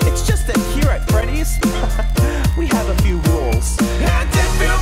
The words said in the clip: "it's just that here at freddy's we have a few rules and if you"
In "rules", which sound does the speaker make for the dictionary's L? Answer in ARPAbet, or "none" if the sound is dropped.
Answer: L